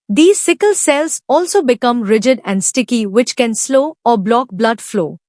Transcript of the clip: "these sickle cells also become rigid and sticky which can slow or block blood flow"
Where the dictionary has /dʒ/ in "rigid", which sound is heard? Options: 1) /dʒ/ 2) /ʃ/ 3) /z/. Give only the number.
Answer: 1